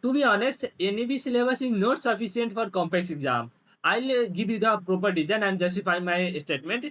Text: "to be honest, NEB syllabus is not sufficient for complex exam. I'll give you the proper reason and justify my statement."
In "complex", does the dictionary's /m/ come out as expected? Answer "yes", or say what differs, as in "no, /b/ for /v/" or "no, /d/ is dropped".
yes